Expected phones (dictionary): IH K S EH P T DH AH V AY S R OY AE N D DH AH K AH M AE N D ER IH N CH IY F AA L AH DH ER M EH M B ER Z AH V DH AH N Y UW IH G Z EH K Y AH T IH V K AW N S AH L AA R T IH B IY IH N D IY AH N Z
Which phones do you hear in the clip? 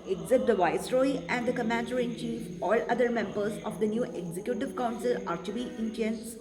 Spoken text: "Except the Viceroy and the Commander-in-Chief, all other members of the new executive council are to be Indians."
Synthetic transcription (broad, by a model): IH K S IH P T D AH V AY S R OY AE N D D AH K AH M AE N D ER IH N CH IY F AA L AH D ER M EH M B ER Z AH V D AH N Y UW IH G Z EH K Y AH T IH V K AW N S AH L AA R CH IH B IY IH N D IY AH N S